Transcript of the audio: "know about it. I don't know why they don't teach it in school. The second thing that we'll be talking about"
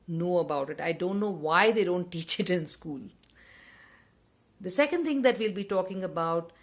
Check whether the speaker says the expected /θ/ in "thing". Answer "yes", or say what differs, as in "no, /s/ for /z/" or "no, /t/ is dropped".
no, /t/ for /θ/